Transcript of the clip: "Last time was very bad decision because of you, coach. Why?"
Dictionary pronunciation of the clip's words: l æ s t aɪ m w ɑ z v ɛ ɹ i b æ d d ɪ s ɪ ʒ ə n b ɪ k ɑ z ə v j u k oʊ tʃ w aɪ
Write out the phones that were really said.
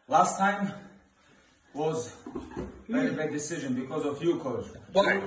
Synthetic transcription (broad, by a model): l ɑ s t aɪ m w ɑ z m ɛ i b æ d d ɪ s ɪ ʒ ə n b ɪ k ɑ z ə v j u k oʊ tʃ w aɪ